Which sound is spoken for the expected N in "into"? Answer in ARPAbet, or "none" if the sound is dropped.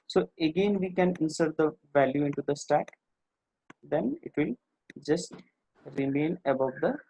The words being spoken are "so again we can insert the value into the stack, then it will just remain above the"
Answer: N